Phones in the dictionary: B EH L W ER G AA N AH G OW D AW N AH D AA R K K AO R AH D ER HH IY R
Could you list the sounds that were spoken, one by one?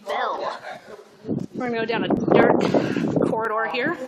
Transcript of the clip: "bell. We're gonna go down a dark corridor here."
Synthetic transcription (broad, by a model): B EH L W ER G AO AH D AW N AH D AA R K K AO R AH D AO HH IY R